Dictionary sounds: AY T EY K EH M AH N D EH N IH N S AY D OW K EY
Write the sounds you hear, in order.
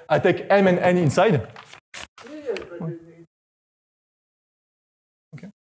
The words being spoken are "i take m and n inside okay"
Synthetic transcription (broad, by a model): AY T EY K EH M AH N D EH N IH N S AY D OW K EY